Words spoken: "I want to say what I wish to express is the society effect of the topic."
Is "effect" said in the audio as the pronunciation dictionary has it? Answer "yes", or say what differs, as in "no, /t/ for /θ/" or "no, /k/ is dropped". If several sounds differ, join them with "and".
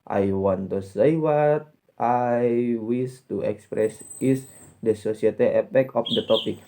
no, /p/ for /f/ and /t/ is dropped